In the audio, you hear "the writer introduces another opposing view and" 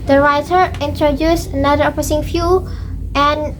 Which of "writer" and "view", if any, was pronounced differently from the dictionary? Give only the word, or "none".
view